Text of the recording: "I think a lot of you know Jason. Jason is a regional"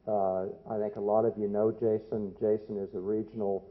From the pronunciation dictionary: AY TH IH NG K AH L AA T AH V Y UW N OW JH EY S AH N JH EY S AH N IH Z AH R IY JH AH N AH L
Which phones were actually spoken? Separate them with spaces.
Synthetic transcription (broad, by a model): AY TH IH NG K AH L AA T AH V Y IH N OW JH EY S AH N JH EY S AH N IH Z AH R IY JH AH N L